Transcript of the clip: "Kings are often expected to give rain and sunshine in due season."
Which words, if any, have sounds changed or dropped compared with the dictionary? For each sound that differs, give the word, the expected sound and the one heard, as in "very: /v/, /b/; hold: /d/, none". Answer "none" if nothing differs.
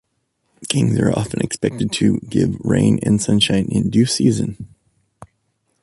none